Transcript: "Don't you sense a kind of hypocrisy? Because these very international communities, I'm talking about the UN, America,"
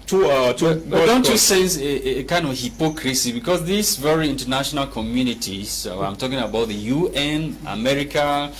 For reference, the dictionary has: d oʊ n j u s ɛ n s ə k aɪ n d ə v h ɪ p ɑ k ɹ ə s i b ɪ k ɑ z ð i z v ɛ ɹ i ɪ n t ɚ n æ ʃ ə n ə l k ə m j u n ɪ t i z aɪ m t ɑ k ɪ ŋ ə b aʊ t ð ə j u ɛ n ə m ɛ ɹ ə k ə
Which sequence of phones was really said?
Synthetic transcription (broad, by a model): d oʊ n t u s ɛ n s k aɪ n d ə v h ɪ p ɑ k ɹ ə s i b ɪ k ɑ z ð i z v ɛ ɹ i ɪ n t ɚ n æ ʃ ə n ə l k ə m j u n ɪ t i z aɪ m t ɑ k ɪ ŋ ə b aʊ t ð ə j u ɛ n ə m ɛ ɹ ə k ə